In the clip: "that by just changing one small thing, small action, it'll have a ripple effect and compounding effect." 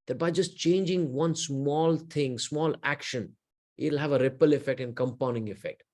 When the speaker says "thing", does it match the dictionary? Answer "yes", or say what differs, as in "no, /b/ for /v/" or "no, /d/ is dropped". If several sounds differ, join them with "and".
no, /t/ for /θ/